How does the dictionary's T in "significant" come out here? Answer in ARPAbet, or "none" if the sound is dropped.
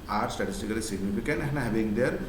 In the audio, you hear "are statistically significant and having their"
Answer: none